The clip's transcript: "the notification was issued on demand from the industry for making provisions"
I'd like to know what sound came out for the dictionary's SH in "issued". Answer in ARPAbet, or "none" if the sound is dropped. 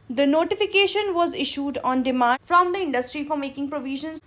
SH